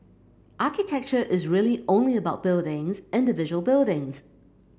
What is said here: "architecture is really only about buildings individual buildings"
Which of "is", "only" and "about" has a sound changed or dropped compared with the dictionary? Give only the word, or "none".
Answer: none